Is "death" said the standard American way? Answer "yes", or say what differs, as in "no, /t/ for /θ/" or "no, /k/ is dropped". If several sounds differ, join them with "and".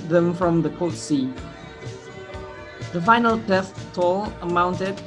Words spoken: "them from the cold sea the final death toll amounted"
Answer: no, /t/ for /θ/